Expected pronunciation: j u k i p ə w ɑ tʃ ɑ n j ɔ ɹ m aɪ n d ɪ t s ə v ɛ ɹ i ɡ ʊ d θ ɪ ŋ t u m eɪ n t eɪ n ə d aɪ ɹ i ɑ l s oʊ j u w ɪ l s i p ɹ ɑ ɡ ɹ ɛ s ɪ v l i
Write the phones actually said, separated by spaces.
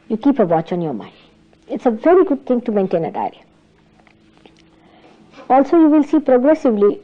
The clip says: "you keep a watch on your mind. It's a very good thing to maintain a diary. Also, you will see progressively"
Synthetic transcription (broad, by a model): j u k i p ə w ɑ tʃ ɑ n j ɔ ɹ m aɪ n d ɪ t s ə v ɛ ɹ i ɡ ʊ d t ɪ ŋ t u m eɪ n t eɪ n ə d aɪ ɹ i ɑ l s oʊ j u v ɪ l s i p ɹ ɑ ɡ ɹ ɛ s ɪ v l i